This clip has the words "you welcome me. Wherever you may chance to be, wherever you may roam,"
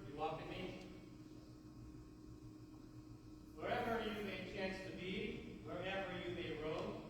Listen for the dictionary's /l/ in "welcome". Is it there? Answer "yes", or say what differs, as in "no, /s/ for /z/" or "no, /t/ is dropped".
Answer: no, /l/ is dropped